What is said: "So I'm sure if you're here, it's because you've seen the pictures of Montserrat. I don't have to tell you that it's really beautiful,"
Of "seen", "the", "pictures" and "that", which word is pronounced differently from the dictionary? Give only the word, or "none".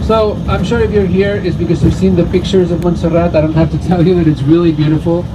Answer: none